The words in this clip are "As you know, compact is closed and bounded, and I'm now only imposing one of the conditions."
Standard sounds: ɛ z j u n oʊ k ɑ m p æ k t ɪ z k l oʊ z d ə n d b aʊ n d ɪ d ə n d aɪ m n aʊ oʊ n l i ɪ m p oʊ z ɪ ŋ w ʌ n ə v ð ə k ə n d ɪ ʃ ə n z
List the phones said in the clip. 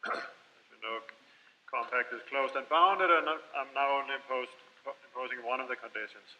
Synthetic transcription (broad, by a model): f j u n oʊ k ɑ m p æ k t ɪ z k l oʊ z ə n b aʊ n d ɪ d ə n aɪ m n aʊ oʊ n l i ɪ m p oʊ z ɪ ŋ w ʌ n ə v ð ə k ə n d ɪ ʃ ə n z